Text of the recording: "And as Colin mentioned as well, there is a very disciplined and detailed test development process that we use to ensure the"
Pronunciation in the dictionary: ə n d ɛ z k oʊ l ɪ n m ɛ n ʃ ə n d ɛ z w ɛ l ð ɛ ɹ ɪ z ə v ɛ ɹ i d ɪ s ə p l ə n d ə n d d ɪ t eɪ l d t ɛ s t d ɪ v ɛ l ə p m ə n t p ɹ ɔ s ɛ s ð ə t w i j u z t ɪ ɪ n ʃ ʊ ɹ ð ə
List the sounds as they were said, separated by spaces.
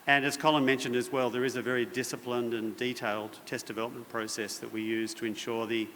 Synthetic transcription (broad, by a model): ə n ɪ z k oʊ l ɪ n m ɛ n ʃ ə n d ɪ z w ɛ l ð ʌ ɹ ɪ z ə v ɛ ɹ i d ɪ s ə p l ə n d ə n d d ɪ t eɪ l d t ɛ s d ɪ v ɛ l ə p m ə n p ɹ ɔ s ɛ s ð ə t w i j u z t ɪ ɪ n ʃ ʊ ɹ ð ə